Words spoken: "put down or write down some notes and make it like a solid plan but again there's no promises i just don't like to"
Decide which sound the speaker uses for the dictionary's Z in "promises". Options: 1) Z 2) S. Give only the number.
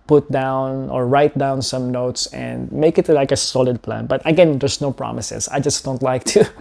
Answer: 2